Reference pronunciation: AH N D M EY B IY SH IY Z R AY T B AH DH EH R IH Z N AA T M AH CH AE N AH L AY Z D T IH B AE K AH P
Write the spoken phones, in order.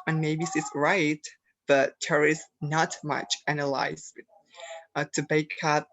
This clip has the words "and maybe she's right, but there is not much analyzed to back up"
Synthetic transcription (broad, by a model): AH N M EY B IY S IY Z R AY T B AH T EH R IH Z N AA T M AH CH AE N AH L AY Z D T IH B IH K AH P